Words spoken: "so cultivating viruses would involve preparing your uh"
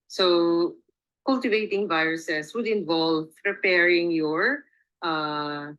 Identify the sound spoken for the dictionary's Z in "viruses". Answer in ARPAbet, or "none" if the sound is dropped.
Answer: S